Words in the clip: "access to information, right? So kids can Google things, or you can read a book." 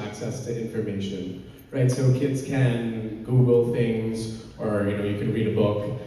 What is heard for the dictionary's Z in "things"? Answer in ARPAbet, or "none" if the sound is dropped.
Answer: Z